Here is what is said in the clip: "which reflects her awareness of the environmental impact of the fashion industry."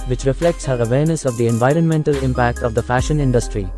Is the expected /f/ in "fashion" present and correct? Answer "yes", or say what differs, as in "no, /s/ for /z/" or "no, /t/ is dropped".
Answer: yes